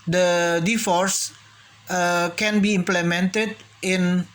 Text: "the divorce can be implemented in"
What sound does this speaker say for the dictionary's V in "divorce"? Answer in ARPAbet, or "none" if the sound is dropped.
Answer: F